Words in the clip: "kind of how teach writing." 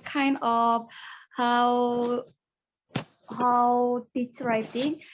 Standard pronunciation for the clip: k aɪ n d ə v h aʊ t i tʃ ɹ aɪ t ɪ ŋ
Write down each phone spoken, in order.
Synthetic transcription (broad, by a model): k aɪ n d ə w h aʊ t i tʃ ɹ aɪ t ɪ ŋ